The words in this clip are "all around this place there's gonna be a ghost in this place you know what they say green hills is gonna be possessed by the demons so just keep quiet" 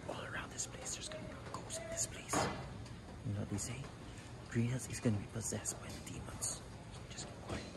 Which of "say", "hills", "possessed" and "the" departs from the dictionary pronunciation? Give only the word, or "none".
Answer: hills